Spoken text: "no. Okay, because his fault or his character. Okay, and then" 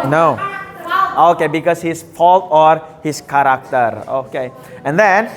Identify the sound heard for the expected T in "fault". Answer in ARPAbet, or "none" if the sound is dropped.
T